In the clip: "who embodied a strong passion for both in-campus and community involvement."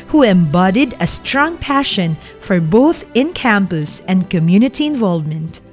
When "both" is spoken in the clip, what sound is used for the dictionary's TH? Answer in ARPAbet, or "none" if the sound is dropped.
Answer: TH